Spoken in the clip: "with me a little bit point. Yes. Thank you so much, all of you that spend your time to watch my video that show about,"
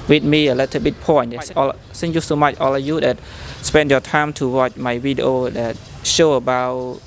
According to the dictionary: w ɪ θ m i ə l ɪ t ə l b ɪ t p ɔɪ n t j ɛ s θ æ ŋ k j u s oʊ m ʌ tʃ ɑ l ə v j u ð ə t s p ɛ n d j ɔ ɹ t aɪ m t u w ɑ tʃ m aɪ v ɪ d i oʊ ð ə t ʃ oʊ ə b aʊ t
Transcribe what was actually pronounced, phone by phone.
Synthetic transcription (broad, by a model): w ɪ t m i ə l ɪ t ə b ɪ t p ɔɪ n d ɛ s s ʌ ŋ j u s oʊ m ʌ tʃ ɑ l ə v j u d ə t s p ɛ n d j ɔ t aɪ m t u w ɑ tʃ m aɪ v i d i oʊ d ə t ʃ oʊ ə b aʊ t